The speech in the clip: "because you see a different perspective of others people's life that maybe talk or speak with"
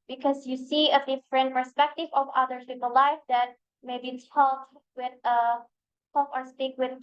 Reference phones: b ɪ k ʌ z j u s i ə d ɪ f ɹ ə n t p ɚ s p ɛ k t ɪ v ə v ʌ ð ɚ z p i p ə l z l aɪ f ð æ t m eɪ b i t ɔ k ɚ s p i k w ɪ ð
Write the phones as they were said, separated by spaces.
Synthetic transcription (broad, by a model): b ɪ k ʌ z j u s i ə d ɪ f ɹ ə n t p ɚ s p ɛ k t ɪ v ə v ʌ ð ɚ p i p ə l l aɪ f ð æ t m eɪ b i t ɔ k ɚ s p i k w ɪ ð